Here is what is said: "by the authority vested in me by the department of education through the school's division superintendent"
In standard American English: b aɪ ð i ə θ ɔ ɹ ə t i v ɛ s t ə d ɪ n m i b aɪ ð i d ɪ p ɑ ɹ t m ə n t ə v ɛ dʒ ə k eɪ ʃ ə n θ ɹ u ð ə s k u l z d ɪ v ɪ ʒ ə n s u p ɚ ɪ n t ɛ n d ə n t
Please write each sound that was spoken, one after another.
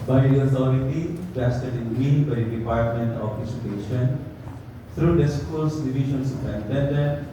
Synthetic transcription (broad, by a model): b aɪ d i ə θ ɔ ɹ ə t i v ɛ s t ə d ɪ n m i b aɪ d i d ɪ p ɑ ɹ t m ə n t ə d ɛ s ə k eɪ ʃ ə n t ɹ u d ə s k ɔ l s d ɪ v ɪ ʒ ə n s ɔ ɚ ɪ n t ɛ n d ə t